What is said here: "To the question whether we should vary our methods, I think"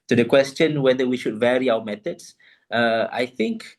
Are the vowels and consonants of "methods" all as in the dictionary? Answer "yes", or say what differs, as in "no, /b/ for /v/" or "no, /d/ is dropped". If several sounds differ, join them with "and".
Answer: no, /t/ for /θ/ and /s/ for /z/